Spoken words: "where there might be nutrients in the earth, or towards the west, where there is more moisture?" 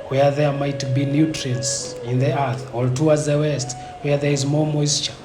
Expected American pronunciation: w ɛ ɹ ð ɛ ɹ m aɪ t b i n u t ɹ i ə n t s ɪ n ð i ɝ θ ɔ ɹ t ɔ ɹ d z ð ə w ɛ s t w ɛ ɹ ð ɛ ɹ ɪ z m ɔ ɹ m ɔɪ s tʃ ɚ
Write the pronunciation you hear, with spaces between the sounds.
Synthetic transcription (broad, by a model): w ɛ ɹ ð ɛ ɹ m aɪ t b i n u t ɹ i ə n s ɪ n ð i ɝ θ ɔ l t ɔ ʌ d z ð ə w ɛ s t w ɛ ɹ ð ɛ ɹ ɪ z m ɔ ɹ m ɔɪ s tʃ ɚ